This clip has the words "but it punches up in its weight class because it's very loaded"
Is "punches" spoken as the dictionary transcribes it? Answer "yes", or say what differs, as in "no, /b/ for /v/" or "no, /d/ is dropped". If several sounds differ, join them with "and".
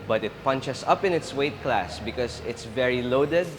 no, /s/ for /z/